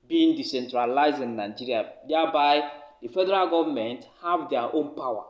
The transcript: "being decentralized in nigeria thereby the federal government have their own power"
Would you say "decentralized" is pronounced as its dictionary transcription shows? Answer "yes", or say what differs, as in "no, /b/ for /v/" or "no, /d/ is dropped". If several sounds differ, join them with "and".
yes